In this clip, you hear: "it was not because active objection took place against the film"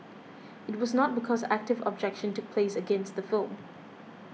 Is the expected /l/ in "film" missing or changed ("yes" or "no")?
no